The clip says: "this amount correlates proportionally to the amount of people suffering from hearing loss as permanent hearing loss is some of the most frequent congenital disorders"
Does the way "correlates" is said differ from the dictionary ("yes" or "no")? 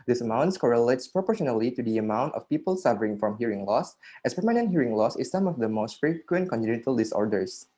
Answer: no